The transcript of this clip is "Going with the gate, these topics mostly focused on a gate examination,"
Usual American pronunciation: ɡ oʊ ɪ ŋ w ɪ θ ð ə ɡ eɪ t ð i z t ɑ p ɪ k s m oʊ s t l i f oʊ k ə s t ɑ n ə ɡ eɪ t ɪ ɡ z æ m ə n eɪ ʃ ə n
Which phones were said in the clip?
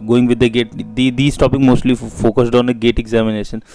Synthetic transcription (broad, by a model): ɡ oʊ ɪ ŋ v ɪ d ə ɡ eɪ t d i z t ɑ p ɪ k m oʊ s t l i f oʊ k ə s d ɑ n ə ɡ eɪ t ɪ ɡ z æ m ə n eɪ ʃ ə n